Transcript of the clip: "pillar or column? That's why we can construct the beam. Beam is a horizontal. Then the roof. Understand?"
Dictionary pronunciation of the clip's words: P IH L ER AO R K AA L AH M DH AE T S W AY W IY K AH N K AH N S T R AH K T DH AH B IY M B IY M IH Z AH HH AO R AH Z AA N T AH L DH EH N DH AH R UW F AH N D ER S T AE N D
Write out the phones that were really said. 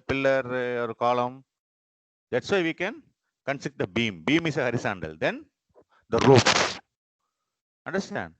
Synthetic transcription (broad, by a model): P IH L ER AO R K AA L AH M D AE T S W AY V IY K AH N K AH N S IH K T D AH B IY M B IY M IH S AH HH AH R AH S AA N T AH L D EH N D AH R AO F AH N D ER S T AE N D